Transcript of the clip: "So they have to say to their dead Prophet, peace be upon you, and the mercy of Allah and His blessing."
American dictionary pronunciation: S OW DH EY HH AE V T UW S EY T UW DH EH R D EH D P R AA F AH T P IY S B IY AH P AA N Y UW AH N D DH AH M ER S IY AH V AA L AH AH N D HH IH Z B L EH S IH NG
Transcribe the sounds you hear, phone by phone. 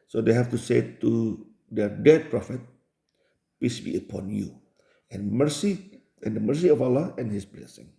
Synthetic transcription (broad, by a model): S OW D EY HH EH F T UW S EY T UW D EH D EH D P R AA F AH T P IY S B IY AH P AA N Y UW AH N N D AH M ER S IY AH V AA L AH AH N HH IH S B L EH S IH NG